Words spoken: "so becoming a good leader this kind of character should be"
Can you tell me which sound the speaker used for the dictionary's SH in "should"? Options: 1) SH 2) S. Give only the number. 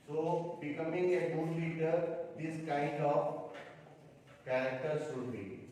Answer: 2